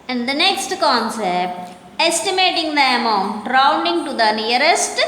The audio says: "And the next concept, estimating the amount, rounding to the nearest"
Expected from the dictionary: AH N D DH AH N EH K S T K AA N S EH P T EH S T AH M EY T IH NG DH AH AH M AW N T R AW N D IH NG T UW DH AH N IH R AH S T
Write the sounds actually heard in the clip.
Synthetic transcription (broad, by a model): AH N D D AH N EH K S T K AA N S EH P T EH S T AH M EY T IH NG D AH AH M AW N T R AW N D IH NG T UW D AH N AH R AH S T